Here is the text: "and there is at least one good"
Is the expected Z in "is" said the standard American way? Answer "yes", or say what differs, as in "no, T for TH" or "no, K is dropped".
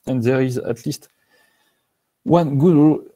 yes